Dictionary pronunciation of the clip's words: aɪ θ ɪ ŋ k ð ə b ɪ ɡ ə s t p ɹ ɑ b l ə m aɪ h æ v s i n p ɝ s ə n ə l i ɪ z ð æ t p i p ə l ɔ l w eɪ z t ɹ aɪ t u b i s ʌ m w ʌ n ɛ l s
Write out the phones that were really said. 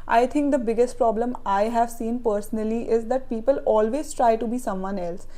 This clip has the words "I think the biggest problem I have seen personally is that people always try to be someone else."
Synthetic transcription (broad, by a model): aɪ t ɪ ŋ k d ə b ɪ ɡ ə s t p ɹ ɑ b l ə m aɪ h æ v s i n p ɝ s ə n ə l i ɪ z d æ t p i p ə l ɔ l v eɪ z t ɹ aɪ t u b i s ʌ m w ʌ n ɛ l s